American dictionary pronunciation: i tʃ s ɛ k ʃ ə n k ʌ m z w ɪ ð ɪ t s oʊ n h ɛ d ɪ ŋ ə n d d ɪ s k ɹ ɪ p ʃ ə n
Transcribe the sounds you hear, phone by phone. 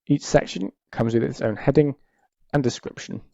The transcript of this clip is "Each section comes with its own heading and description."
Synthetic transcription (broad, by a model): i tʃ s ɛ k ʃ ə n k ʌ m z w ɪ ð ɪ t s oʊ n h ɛ d ɪ ŋ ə n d d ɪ s k ɹ ɪ p ʃ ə n